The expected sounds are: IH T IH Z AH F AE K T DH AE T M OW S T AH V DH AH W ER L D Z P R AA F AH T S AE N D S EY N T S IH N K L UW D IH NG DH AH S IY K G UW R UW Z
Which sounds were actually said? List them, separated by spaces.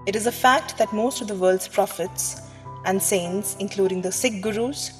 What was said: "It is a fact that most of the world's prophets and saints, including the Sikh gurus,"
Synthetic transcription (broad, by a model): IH T IH Z AH F AE K T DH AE T M OW S T AH V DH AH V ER L D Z P R AA F AH T S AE N D S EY N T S IH N K L UW D IH NG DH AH S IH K G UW R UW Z